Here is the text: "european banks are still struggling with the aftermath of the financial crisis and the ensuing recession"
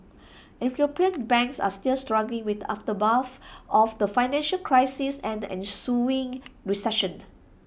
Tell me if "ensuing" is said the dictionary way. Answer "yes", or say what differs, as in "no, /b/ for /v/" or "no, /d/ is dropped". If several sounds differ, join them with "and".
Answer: yes